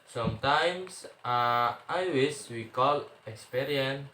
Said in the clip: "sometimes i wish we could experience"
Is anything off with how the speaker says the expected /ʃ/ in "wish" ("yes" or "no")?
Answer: yes